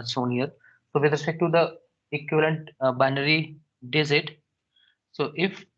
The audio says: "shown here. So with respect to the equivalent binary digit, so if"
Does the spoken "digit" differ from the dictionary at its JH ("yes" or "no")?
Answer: yes